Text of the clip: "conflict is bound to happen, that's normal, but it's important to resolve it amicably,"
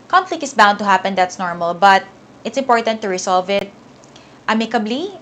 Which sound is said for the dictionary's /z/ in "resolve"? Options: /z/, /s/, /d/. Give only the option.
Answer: /s/